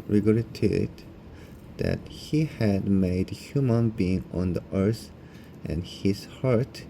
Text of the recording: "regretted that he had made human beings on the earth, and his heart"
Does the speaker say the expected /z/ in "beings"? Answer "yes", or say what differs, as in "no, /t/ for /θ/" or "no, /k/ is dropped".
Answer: no, /z/ is dropped